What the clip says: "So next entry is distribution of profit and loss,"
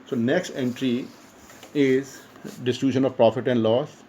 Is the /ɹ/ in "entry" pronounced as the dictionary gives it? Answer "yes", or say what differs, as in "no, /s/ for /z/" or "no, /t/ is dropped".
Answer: yes